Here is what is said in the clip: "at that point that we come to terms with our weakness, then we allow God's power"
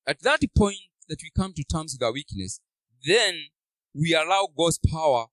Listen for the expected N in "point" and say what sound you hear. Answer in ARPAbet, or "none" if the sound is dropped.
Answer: N